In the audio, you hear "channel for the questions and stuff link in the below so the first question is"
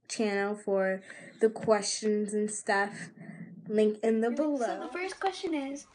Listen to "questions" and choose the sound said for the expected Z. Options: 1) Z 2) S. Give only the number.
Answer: 1